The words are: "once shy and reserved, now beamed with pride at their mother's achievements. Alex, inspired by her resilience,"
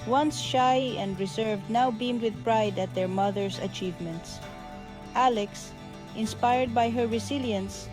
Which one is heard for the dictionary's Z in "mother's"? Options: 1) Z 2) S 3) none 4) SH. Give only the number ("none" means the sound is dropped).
2